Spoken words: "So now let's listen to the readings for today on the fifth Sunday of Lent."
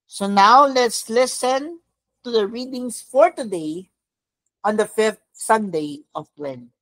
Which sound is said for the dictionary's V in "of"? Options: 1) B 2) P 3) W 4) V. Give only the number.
2